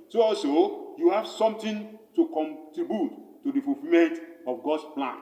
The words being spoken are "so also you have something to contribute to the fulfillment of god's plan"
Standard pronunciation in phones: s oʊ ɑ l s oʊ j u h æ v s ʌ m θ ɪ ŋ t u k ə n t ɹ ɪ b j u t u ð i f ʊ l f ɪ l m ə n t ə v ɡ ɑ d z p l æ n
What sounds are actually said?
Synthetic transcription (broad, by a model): s oʊ ɑ l s oʊ j u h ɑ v s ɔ m t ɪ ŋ t u k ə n t ɹ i b j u t u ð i f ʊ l f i m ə n t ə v ɡ ɑ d s p l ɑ n